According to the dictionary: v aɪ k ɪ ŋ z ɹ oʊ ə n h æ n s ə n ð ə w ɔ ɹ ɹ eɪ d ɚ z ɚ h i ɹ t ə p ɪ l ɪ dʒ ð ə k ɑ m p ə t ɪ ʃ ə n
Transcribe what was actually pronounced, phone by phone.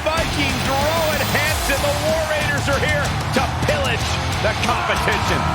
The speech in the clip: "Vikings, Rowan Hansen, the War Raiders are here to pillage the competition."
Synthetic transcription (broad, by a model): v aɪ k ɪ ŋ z ɹ oʊ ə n h æ n s ə n ð ə w ɔ ɹ ɹ eɪ d ɚ z ɚ h i ɹ t ə p ɪ l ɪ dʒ ð ə k ɑ m p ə t ɪ ʃ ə n